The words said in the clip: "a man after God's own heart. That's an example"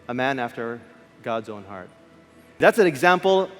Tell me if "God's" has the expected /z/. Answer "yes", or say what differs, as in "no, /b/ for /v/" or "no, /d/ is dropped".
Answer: yes